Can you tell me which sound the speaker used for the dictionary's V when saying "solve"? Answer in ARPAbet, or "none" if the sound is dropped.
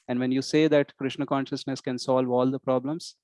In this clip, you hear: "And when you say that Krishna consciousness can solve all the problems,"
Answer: V